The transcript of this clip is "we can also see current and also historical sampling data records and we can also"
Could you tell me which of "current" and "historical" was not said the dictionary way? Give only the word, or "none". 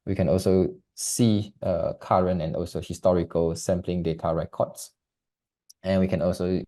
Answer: current